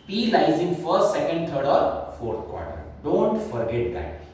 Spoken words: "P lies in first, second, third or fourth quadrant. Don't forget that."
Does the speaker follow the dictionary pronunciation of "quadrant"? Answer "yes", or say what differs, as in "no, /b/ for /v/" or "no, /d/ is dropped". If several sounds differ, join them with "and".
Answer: no, /n/ is dropped